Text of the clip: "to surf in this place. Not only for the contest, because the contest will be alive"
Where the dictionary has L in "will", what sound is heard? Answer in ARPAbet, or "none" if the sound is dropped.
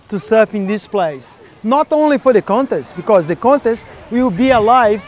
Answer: W